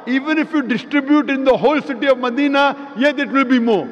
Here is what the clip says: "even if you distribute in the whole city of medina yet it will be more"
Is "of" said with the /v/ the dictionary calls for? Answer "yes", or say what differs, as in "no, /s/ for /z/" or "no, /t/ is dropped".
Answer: yes